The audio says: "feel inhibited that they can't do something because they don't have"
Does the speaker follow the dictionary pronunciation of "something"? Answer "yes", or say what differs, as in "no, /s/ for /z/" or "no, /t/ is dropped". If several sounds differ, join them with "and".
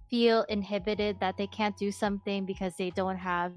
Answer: yes